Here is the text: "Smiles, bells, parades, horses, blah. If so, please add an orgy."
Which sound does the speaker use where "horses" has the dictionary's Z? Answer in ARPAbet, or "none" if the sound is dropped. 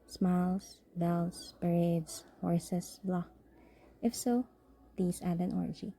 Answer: S